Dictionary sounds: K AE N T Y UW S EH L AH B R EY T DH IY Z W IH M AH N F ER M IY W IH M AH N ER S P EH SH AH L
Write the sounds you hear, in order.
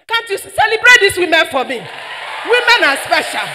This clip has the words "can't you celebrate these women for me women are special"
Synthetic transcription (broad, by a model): K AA N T Y UW S EH L AH B R EY T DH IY S W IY M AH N F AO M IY W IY M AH N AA S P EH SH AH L